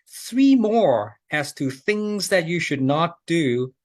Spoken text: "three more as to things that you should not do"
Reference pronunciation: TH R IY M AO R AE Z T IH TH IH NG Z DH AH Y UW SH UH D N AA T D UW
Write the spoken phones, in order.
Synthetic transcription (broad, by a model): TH R IY M AO R AE Z T IH TH IH NG Z DH AH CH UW SH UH D N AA T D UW